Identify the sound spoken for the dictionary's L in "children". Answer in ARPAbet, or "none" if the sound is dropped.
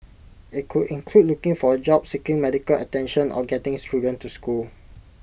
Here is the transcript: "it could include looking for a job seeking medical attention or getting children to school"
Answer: none